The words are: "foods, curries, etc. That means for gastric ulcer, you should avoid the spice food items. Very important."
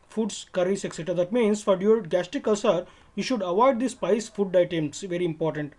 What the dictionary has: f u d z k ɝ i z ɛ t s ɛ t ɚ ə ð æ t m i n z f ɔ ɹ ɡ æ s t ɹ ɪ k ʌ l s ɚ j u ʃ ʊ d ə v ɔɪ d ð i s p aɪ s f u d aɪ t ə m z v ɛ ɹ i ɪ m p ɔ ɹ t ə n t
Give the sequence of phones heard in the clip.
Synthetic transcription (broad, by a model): f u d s k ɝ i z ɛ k s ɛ t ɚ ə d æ t m i n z f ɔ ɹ ɡ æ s t ɪ k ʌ s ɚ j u ʃ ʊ d ə v ɔɪ d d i s p aɪ s f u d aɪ t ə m s v ɛ ɹ i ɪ m p ɔ ɹ t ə n t